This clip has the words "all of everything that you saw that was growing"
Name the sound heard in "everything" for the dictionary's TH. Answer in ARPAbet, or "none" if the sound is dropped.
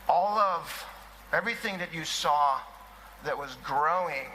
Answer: TH